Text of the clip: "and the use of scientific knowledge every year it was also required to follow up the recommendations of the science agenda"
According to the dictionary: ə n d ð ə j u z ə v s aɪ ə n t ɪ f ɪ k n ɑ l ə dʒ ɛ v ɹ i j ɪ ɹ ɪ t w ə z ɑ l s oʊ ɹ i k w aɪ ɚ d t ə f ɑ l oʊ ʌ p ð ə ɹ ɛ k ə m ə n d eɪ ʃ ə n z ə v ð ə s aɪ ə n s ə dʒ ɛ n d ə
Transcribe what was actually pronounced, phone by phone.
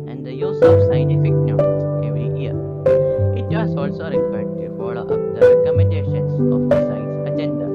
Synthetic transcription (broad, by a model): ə n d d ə j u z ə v s aɪ ə n t ɪ f ɪ k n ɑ ə z ɛ v ɹ i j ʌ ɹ ɪ t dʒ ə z ɑ l s oʊ ɹ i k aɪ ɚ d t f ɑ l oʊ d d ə ɹ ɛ k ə m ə n d eɪ ʃ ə n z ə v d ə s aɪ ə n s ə dʒ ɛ n d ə